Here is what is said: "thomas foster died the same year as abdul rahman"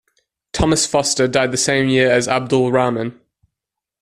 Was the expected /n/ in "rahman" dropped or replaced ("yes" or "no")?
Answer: no